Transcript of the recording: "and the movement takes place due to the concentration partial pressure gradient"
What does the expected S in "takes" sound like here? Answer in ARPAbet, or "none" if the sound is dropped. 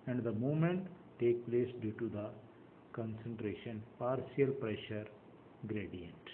none